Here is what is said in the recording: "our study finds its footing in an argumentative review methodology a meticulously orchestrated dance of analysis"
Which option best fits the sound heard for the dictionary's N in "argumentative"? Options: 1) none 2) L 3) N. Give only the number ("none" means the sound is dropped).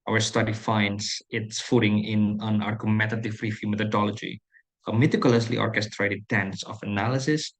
1